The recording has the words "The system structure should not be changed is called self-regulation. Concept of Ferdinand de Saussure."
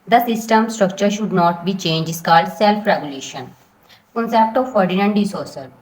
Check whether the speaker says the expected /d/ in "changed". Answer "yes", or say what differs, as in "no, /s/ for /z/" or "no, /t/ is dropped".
no, /d/ is dropped